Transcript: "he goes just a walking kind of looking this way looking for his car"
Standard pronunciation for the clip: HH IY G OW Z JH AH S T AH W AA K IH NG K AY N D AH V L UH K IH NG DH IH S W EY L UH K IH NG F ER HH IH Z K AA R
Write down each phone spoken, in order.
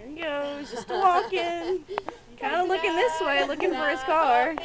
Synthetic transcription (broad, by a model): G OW JH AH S T AH W AA K IH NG K AY N D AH L UH K IH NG DH IH S W EY L UH K IH NG F ER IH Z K AA R